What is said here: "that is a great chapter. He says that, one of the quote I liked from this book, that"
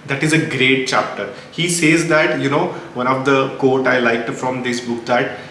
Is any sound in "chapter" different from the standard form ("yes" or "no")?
no